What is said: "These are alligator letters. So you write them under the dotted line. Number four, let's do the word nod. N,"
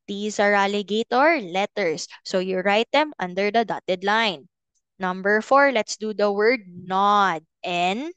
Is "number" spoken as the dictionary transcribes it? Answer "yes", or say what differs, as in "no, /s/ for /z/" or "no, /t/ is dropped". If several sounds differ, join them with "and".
yes